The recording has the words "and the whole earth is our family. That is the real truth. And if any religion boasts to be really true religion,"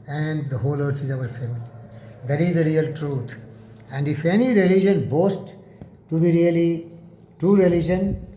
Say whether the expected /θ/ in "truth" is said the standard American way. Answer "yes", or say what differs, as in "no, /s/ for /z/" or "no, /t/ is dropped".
no, /t/ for /θ/